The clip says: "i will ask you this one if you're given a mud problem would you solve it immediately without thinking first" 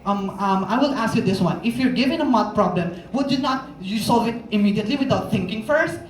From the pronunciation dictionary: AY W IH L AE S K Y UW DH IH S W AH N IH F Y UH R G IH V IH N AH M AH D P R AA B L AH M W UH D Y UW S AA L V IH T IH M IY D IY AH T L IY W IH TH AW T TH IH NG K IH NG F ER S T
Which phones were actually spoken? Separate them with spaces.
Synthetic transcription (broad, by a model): AY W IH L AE S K Y UW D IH S W AH N IH F Y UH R G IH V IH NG AH M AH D P R AA B L AH M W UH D Y UW S AA L V IH T IH M IY D IY AH T L IY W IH T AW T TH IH NG K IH NG F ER S T